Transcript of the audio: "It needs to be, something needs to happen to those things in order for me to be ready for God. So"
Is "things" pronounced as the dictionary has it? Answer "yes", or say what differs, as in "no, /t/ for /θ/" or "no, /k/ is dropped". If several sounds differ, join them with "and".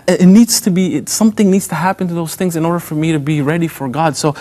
yes